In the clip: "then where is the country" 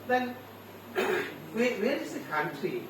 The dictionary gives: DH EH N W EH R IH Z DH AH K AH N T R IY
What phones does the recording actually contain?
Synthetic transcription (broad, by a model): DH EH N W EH W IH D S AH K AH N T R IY